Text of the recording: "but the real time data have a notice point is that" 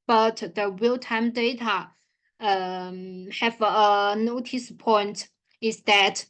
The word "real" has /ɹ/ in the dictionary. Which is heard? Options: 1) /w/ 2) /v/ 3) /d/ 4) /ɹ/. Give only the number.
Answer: 1